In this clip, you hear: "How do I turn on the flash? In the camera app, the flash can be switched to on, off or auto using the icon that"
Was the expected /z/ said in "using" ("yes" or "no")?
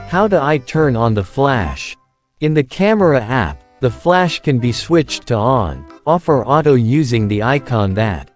yes